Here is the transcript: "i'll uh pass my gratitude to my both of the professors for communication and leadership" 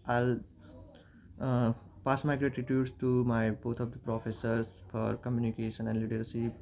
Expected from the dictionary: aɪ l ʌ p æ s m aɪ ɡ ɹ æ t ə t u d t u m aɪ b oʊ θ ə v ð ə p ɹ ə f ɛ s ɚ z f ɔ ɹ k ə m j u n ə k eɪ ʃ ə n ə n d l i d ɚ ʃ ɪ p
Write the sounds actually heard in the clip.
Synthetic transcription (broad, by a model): aɪ l p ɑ s m aɪ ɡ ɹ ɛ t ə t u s t u m aɪ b oʊ t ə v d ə p ɹ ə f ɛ s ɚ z f ɔ ɹ k ə m j u n ə k eɪ ʃ ə n ə n d l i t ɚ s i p